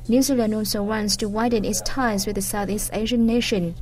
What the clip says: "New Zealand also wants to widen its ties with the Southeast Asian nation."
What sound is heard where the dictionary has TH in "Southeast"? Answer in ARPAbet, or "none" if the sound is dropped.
TH